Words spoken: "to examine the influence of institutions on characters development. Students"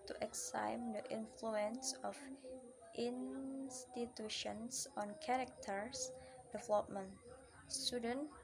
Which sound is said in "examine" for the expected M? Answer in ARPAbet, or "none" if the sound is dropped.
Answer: none